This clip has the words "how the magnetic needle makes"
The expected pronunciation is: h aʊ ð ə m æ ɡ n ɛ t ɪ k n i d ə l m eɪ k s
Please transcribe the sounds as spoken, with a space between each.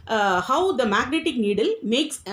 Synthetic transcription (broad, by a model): h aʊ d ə m æ ɡ n ɛ t ɪ k n i d ə l m eɪ k s